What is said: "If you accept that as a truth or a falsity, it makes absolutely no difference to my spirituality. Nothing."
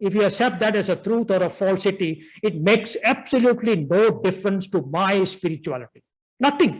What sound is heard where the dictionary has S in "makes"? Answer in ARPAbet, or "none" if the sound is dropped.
S